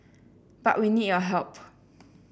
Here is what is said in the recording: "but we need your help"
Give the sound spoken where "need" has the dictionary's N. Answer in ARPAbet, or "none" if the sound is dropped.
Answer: N